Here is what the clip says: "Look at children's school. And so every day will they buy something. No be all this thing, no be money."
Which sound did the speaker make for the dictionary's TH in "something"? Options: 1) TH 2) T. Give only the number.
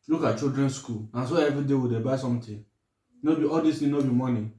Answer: 2